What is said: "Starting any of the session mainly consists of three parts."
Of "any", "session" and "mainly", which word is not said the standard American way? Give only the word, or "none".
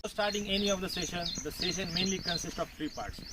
none